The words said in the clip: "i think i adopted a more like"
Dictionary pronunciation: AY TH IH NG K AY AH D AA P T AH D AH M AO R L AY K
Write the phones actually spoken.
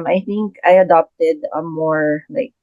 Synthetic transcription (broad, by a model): AY TH IH NG K AY AH D AA P T AH D AH M AO R L AY K